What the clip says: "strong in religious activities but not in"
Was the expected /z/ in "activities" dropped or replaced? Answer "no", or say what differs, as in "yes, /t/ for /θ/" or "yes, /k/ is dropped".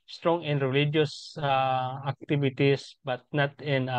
yes, /s/ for /z/